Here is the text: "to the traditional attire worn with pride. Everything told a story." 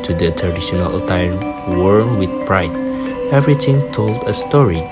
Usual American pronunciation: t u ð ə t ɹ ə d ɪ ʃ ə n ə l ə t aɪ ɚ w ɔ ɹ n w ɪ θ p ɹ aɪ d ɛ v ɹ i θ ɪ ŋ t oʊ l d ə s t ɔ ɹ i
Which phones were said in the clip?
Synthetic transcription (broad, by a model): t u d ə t ɹ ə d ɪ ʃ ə n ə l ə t aɪ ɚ w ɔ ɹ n w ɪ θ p ɹ aɪ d ɛ v ɹ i t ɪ ŋ t oʊ l d ə s t ɔ ɹ i